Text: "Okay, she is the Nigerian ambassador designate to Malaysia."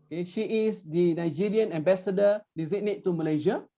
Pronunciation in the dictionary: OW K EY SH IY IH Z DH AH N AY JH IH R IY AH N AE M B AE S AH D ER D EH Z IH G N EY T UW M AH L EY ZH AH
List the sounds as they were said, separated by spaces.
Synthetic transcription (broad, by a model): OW K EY SH IY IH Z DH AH N AY JH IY R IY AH N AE M B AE S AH D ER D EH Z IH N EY T UW M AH L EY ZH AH